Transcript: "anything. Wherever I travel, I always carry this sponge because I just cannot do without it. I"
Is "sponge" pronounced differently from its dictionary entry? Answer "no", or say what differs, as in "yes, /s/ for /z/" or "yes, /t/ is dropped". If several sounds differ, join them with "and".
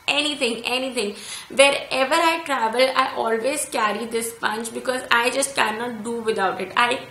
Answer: yes, /tʃ/ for /dʒ/